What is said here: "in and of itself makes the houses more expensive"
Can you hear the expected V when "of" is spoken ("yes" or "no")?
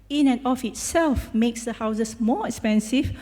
no